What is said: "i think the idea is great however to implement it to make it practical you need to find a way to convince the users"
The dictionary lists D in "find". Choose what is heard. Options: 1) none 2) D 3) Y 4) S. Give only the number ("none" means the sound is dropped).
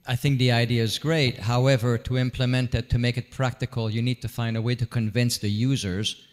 2